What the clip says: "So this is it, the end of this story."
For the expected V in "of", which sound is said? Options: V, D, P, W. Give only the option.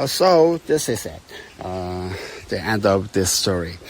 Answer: P